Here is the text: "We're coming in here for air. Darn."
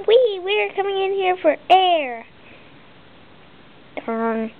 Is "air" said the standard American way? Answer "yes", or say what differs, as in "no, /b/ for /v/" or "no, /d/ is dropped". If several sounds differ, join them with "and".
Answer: yes